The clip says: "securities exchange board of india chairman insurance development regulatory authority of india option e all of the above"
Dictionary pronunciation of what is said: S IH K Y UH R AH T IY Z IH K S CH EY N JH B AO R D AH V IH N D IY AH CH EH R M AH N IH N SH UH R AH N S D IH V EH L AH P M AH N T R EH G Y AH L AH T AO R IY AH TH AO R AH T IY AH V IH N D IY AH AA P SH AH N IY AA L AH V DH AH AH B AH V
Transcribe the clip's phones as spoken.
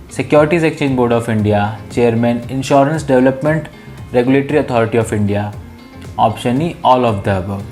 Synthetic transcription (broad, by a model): S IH K Y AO R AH T IY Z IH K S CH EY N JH B AO R D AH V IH N D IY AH CH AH R M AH N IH N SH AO R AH N S D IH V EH L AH P M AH N T R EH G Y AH L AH T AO R IY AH T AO R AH T IY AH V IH N D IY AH AA P SH AH N IY AA L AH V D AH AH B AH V